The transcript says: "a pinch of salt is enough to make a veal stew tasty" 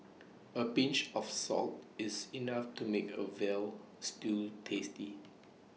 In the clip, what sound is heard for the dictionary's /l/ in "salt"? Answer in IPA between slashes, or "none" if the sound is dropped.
/l/